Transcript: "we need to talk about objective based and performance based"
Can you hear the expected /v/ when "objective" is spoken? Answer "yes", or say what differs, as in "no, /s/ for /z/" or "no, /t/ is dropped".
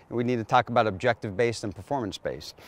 yes